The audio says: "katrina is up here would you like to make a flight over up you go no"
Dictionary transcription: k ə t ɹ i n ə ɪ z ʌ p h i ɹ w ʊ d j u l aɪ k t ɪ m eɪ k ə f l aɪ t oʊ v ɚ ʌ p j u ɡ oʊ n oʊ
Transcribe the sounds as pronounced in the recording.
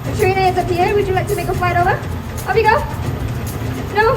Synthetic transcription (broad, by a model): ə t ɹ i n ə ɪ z ʌ p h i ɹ w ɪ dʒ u l aɪ k t ɪ m eɪ k ə f l aɪ t oʊ v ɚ ʌ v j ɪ ɡ oʊ n oʊ